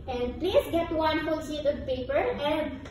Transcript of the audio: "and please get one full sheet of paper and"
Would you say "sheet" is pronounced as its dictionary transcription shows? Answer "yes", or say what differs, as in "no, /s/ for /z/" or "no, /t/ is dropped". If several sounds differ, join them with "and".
no, /s/ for /ʃ/